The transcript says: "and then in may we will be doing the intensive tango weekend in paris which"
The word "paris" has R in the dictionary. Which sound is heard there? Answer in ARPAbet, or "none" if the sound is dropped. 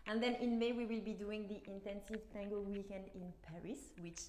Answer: R